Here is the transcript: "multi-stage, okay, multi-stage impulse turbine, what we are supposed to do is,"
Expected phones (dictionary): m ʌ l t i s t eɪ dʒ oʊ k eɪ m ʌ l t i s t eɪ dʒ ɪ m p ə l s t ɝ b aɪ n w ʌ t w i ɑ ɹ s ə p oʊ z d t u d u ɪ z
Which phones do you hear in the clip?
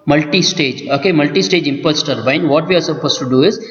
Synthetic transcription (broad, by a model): m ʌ l t i s t eɪ dʒ oʊ k eɪ m ʌ l t i s t eɪ dʒ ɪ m p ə s t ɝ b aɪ n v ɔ t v i ɑ ɹ s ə p oʊ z t u d u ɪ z